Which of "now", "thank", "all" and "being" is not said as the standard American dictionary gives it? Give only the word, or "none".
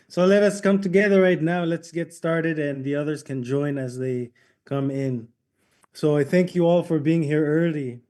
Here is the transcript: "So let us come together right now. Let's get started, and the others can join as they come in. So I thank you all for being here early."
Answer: none